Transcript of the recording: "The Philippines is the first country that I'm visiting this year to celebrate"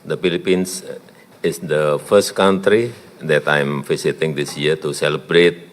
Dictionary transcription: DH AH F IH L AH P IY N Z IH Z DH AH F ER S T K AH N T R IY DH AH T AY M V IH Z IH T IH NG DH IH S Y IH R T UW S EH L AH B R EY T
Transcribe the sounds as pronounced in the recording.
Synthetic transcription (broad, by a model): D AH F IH L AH P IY N S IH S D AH F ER S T K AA N T R IY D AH T AY M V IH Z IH T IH NG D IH S Y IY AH T UW S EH L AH B R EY T